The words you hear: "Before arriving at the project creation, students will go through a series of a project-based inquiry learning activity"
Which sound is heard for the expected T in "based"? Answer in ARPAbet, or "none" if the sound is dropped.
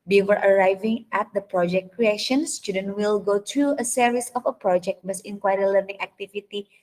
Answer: none